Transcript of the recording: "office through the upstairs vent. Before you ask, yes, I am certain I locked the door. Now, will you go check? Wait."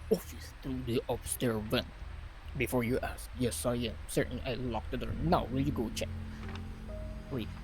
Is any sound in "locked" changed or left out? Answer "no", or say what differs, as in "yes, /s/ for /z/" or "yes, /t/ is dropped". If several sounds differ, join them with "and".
no